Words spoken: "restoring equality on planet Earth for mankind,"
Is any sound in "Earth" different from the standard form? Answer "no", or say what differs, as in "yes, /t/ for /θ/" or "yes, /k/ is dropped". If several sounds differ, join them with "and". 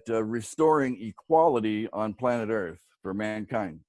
no